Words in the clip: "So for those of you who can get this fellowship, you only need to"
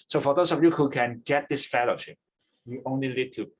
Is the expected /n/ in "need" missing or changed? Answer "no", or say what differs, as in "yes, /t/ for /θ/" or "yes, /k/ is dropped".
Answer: yes, /l/ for /n/